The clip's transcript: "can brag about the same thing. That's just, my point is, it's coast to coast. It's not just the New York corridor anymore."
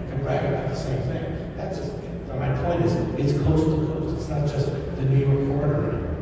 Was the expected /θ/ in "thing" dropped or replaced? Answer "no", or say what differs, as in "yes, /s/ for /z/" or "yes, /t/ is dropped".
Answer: no